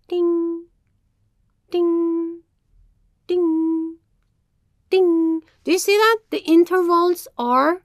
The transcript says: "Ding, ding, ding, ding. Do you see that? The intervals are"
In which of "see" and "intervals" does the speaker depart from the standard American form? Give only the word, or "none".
none